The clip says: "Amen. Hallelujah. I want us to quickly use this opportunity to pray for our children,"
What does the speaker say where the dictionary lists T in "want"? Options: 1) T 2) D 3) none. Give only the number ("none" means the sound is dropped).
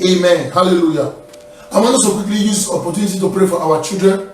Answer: 3